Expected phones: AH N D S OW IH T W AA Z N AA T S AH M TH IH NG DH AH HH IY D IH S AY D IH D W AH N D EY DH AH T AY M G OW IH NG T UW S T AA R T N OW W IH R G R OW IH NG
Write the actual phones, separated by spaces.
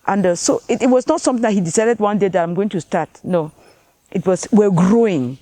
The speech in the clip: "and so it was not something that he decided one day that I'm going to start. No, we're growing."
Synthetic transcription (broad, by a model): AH N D S OW IH T W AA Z N AA T S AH M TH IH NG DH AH HH IY D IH S AY D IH D W AH N D EY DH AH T AY M G OW IH NG T UW S T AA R T N OW W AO W G R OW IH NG